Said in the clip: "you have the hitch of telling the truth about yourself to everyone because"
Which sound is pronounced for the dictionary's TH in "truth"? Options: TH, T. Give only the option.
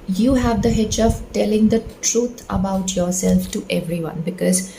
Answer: T